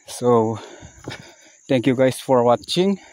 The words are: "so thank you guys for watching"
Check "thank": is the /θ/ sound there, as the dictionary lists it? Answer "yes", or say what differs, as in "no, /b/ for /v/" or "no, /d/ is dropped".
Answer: no, /t/ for /θ/